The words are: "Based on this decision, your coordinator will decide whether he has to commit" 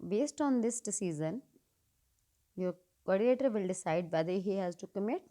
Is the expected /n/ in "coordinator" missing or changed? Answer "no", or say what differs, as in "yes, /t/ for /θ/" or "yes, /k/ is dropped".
yes, /n/ is dropped